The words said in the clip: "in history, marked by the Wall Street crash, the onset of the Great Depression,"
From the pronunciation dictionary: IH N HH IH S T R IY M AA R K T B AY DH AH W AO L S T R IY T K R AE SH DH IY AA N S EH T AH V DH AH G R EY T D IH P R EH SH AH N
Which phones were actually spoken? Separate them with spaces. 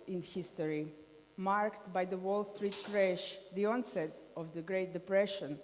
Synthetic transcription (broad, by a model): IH N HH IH S T R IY M AA R K T B AY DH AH W AO L S T R IY T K R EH SH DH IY AA N S EH T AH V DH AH G R EY T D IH P R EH SH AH N